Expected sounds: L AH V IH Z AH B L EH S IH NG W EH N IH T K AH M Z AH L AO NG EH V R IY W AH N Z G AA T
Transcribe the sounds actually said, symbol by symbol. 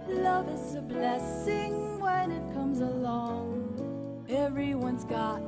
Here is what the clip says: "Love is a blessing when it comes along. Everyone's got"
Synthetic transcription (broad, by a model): L AH V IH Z AH B L EH S IH NG W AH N IH T K AH M Z AH L AO NG EH V R IY W AH N Z G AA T